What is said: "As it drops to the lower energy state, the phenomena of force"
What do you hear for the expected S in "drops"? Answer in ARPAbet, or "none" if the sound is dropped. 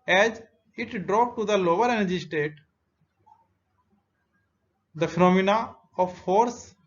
none